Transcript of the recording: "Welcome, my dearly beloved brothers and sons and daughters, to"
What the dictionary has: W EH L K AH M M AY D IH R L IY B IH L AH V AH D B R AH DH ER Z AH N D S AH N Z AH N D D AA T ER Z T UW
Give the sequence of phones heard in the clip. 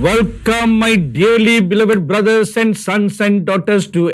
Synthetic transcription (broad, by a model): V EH L K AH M M AY D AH R L IY B IH L AH V AH D B R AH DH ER S AH N D S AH N S AH N D D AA T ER S T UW